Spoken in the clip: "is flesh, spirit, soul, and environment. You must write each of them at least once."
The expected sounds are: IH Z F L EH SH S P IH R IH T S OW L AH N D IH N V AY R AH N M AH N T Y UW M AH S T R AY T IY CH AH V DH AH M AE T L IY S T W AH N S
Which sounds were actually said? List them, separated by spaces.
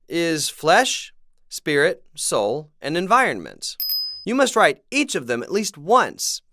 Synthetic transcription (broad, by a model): IH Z F L EH SH S P IH R IH T S OW L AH N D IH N V AY R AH N M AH N T Y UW M AH S T R AY T IY CH AH V DH AH M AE T L IY S T W AH N S